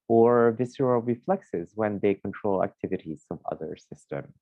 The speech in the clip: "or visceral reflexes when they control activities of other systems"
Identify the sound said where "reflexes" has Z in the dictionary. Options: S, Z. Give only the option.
Z